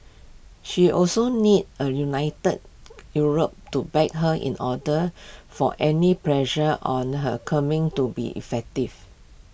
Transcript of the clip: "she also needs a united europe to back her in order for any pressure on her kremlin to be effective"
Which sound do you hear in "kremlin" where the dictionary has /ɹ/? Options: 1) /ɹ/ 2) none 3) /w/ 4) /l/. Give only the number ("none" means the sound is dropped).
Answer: 2